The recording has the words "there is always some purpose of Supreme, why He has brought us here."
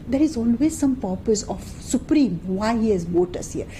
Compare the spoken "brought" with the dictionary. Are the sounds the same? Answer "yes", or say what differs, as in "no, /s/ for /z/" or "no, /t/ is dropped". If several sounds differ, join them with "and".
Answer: no, /ɹ/ is dropped